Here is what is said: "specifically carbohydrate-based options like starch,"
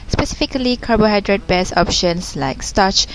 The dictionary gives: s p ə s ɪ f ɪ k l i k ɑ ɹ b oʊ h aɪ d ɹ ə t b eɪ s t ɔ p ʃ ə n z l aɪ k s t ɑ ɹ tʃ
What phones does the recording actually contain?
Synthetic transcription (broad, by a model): s p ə s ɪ f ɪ k l i k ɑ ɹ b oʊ h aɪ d ɹ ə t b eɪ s ɔ p ʃ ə n s l aɪ k s t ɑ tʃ